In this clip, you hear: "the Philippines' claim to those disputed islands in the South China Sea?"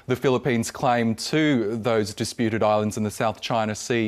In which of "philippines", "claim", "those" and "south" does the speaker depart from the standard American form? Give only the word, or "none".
none